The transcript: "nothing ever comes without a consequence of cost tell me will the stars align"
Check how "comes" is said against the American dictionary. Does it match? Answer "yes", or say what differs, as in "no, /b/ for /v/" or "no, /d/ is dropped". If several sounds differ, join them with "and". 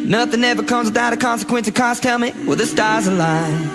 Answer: yes